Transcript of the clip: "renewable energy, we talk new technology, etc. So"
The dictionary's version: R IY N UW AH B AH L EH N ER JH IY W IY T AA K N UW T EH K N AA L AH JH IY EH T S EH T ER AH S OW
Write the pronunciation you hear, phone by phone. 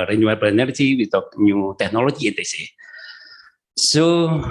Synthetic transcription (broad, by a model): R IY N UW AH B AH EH N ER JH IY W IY T AA K N UW T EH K N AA L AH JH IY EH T EH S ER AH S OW